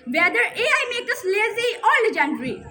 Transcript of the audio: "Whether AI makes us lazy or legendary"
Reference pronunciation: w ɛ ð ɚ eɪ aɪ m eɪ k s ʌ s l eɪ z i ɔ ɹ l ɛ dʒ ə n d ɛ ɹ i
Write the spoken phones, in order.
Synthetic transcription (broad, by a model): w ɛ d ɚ eɪ aɪ m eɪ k ʌ s l eɪ z i ɔ ɹ l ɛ dʒ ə n d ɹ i